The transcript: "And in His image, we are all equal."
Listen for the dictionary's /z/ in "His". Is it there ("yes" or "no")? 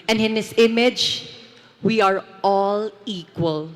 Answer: no